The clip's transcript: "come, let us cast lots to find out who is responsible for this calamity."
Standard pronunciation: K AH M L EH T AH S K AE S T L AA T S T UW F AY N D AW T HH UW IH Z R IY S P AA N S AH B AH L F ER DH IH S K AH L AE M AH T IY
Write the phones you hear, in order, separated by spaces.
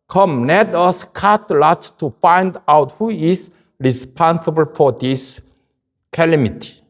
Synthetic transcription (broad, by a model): K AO M N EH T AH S K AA T L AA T T UW F AY N D AW T HH UW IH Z R IY S P AA N S AH B AH L F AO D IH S K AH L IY M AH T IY